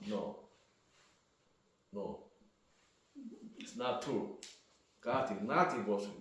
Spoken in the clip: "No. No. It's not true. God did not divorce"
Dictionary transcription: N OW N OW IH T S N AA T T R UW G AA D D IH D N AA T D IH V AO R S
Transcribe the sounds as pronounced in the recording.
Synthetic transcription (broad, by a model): N OW N OW IH T S N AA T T UW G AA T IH N AA T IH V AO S